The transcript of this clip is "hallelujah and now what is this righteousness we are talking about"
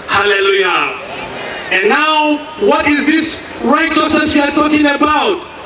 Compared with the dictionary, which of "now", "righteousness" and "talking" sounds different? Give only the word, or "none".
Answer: righteousness